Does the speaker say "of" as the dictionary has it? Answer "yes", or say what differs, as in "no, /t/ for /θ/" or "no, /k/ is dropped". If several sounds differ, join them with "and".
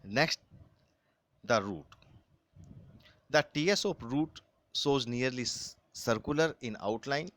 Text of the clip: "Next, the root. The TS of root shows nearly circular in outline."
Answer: no, /p/ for /v/